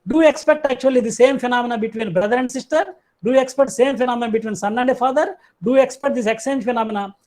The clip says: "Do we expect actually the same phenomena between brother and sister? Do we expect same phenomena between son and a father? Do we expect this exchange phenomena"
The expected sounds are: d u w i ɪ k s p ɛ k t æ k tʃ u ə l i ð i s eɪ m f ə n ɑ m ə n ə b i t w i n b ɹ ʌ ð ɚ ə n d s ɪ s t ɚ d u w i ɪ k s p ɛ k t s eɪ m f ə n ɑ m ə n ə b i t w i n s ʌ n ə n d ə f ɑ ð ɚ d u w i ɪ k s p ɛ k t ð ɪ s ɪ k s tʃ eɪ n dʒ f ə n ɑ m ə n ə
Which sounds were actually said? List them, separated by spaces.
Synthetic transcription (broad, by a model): d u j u ɪ k s p ɛ k t æ k tʃ u ə l i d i s eɪ m f ə n ɑ m ə n ə b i t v i n b ɹ ʌ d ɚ ə n d s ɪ s t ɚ d u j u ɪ k s p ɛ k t s eɪ m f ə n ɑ m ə n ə b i t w i n s ʌ n ə n d ə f ɑ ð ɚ d u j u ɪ k s p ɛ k t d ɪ s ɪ k s eɪ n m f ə n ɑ m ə n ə